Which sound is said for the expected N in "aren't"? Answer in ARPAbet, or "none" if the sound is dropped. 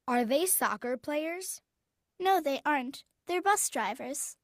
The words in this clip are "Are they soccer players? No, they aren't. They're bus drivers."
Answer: N